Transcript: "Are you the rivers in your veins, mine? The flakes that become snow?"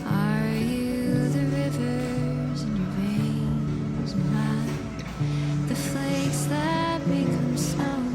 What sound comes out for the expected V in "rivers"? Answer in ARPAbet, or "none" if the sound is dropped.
V